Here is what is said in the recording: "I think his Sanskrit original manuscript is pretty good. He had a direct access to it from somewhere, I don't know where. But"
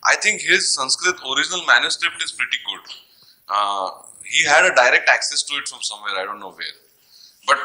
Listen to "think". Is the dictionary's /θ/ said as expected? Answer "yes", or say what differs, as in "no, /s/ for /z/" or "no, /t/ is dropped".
no, /t/ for /θ/